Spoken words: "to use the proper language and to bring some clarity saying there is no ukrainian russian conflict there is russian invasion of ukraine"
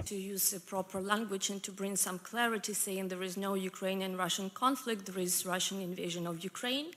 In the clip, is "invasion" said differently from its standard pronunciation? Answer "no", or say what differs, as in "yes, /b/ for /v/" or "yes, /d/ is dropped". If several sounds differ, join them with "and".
no